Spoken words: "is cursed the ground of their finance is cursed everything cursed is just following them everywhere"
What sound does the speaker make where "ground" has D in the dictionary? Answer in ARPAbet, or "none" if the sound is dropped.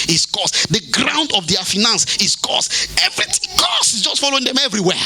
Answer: D